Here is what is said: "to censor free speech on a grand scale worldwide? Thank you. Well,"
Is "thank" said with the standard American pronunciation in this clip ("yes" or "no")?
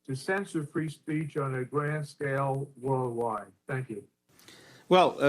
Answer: yes